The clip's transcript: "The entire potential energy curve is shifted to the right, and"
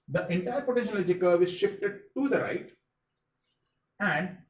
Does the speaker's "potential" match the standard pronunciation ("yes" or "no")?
no